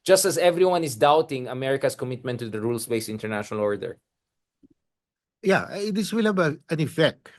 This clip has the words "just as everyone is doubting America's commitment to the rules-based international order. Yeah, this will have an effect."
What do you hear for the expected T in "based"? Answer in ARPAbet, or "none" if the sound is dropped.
none